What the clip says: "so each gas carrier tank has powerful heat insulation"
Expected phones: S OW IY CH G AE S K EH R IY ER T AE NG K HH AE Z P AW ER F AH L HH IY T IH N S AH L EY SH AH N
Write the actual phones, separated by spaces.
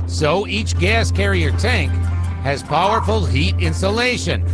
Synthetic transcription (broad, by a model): S OW IY CH G AE S K EH R IY ER T AE NG K HH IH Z P AW ER F AH L HH IY T IH N S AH L EY SH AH N